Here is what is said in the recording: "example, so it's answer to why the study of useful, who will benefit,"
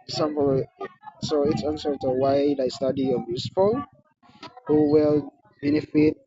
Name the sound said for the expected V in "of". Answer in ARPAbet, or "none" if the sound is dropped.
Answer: B